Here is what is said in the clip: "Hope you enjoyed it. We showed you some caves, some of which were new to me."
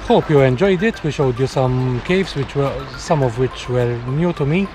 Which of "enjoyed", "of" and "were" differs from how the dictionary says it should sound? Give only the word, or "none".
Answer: none